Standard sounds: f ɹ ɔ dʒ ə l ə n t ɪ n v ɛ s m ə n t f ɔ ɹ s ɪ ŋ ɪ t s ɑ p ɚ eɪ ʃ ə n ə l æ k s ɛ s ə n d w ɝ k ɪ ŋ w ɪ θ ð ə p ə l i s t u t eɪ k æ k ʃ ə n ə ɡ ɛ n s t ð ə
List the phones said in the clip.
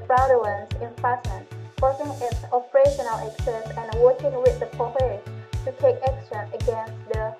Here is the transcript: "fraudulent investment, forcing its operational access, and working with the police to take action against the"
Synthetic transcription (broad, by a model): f ɹ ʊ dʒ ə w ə n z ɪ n f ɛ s ə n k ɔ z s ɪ ŋ ɪ t s ɑ p ɚ eɪ ʃ ə n ə l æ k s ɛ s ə n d w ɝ k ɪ ŋ w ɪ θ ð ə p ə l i t u t eɪ k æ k s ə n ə ɡ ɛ n s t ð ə